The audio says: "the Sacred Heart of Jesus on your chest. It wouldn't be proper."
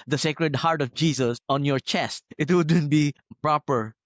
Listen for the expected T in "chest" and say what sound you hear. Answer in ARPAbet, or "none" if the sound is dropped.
T